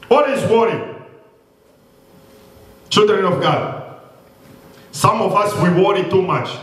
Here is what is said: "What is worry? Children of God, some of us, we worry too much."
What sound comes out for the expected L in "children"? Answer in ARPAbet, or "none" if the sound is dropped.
L